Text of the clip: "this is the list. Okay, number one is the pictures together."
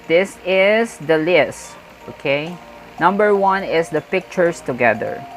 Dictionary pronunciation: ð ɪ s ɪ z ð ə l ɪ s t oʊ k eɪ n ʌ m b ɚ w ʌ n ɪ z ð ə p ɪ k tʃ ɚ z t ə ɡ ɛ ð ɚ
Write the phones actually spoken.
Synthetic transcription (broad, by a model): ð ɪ s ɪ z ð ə l ɪ s t oʊ k eɪ n ʌ m b ɚ w ʌ n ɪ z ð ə p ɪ k tʃ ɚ s t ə ɡ ɛ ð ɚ